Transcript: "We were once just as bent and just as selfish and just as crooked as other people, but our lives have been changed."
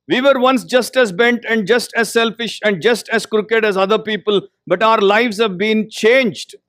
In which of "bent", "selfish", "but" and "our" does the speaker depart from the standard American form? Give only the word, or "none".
none